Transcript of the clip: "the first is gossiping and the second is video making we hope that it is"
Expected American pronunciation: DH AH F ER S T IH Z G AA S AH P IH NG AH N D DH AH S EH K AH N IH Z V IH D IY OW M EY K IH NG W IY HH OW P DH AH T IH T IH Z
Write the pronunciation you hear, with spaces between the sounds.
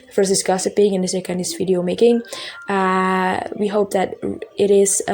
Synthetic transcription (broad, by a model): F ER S IH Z G AA S AH P IH NG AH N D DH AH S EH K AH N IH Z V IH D IY OW M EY K IH NG W IY HH OW P DH AH T IH T IH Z